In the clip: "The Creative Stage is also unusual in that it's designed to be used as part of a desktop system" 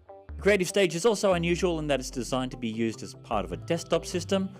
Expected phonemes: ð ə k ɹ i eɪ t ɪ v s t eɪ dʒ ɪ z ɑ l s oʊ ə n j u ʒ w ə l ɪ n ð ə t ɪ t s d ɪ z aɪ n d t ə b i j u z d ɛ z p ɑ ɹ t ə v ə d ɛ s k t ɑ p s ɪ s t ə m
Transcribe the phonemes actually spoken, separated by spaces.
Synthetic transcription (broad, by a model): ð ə k ɹ i eɪ t ɪ v s t eɪ dʒ ɪ z ɑ l s oʊ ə n j u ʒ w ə l ɪ n ð ə t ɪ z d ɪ z aɪ n t ə b i j u z d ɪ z p ɑ ɹ t ə v ə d ɛ s t ɑ p s ɪ s t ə m